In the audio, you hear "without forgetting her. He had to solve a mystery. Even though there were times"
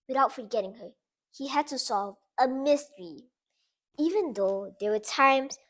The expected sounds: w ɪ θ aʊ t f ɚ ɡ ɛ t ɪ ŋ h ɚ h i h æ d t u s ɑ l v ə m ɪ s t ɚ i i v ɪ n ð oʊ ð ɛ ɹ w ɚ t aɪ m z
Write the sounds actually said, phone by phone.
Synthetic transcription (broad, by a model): w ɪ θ aʊ t f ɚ ɡ ɛ t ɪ ŋ h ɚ h i h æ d t u s ɑ l v ə m ɪ s t ɚ i i v ɪ n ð oʊ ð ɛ w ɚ t aɪ m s